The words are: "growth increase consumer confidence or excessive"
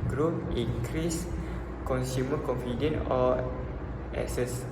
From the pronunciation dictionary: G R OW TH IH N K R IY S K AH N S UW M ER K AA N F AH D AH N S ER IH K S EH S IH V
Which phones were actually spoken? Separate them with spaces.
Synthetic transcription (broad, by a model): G R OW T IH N K R IY S K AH N S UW M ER K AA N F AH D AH N AO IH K S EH S